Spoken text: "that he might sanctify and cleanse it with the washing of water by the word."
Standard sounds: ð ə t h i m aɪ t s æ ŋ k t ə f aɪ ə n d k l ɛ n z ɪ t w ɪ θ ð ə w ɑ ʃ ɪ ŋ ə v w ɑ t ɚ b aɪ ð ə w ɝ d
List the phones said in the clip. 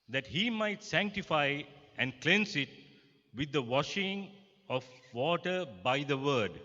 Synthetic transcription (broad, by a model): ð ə t h i m aɪ t s æ ŋ k t ə f aɪ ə n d k l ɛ n s ɪ t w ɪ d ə w ɑ ʃ ɪ ŋ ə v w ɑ t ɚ b aɪ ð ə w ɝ d